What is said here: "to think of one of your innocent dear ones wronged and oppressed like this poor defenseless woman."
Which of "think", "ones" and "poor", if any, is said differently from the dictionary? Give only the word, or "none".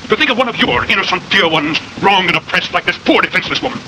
none